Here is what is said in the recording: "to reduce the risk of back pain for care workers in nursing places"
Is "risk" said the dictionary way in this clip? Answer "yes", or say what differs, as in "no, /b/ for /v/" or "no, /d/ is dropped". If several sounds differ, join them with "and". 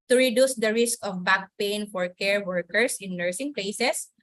yes